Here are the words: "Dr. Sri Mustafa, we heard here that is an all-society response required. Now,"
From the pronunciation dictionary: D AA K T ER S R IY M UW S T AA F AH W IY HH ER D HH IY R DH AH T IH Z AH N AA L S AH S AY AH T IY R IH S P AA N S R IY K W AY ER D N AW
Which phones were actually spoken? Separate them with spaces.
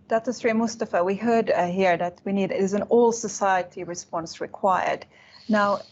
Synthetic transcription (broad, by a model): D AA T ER S R IY M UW S T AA F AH W IY HH ER D HH IY R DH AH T IH Z AH N AA L S AH S AY AH T IY R IH S P AA N S R IY K W AY ER D N AW